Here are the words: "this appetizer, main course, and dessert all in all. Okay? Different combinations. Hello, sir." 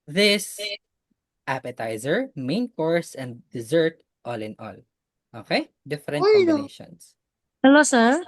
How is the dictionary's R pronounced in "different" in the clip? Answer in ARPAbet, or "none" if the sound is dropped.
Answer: none